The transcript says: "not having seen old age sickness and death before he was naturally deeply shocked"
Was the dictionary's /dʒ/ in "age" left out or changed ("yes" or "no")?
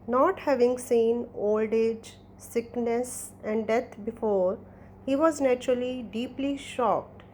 no